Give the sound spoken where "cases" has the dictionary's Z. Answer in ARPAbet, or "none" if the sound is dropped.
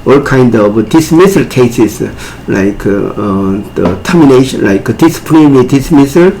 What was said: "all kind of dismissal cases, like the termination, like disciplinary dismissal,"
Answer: S